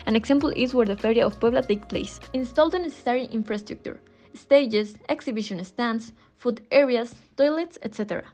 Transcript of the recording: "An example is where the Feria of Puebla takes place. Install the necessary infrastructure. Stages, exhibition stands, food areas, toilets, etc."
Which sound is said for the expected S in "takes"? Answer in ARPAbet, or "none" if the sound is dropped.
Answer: none